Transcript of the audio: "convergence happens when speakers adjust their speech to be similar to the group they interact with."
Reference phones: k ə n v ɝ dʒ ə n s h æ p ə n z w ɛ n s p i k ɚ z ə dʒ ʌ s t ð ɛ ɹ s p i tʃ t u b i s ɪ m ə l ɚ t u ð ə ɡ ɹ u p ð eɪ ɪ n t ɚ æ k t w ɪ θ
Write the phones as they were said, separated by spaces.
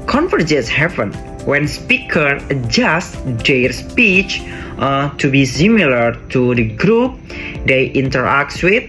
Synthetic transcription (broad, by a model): k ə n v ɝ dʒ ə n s h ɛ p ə n w ɛ n s p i k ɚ ə dʒ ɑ s t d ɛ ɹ s p i tʃ t u b i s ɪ m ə l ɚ t u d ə ɡ ɹ u p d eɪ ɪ n t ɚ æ k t w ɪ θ